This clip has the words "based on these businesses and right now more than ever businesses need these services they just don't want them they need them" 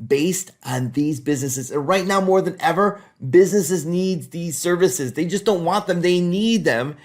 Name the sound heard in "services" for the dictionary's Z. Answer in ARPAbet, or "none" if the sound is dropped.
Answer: Z